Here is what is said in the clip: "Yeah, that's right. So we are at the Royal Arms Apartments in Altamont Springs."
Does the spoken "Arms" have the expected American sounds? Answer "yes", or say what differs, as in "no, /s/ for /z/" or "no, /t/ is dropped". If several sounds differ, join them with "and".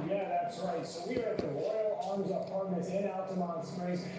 yes